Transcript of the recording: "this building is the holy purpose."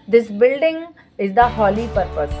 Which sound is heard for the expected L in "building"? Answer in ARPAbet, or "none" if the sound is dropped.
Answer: L